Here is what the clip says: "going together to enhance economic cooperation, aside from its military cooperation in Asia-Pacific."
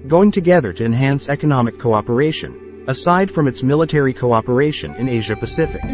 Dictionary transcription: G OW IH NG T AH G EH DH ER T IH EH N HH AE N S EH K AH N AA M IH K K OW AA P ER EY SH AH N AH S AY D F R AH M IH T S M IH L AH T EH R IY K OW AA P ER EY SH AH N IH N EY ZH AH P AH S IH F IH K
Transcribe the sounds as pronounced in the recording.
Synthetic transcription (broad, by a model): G OW IH NG T AH G EH DH ER T IH EH N HH AE N S EH K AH N AA M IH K K OW AA P ER EY SH AH N AH S AY D F R AH M IH T S M IH L AH T EH R IY K OW AA P ER EY SH AH N IH N EY ZH AH P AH S IH F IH K